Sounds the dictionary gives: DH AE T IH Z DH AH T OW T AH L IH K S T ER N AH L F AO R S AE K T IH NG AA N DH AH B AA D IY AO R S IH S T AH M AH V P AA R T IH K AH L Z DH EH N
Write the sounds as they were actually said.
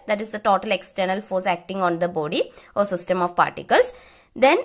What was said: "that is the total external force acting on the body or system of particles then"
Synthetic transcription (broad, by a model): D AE T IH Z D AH T OW T AH L IH K S T ER N AH L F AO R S AE K T IH NG AA N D AH B AA D IY AO R S IH S T AH M AH V P AA R T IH K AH L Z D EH N